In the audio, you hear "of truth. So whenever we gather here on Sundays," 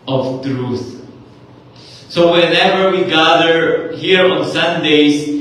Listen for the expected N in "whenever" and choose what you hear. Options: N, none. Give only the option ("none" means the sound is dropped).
N